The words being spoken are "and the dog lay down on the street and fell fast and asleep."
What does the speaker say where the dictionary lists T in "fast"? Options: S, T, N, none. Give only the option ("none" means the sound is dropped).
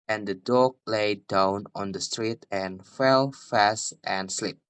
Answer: T